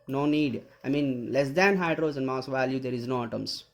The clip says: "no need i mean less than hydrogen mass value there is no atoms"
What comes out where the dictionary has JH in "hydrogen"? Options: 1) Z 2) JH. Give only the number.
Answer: 1